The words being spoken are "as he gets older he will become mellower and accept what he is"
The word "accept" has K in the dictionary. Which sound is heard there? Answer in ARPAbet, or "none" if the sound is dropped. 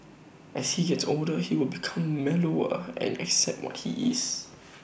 K